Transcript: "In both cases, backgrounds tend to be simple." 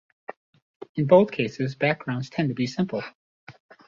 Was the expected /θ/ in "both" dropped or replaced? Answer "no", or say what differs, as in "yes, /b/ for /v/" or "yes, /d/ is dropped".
no